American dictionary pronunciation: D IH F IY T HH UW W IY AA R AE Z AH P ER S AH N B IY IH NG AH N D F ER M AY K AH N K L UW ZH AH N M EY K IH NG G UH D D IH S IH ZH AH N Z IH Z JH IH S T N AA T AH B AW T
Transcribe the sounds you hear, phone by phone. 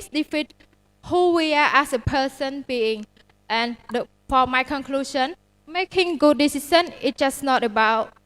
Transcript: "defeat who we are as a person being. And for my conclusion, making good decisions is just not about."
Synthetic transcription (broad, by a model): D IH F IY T HH UW W IY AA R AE S AH P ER S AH N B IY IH NG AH N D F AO M AY K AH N K L UW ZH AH N M EY K IH NG G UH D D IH S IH S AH N IH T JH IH S N AA T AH B AW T